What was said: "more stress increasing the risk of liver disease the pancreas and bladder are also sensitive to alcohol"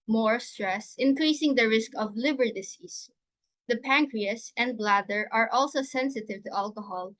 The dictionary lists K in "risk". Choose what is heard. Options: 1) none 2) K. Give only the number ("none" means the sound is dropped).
2